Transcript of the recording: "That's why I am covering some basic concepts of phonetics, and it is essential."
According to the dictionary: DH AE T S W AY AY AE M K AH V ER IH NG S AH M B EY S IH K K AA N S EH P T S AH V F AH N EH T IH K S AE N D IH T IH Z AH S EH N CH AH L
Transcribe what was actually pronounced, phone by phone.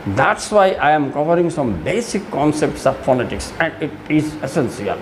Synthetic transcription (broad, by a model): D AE T S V AY AY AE M K AH V ER IH NG S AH M B EY S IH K K AA N S EH P T S AH V P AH L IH T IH K S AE N D IH T IH Z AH S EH N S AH L